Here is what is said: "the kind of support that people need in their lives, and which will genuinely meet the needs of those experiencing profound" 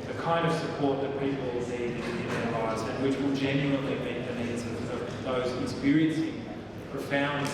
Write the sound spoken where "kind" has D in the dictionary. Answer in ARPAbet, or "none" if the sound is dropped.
D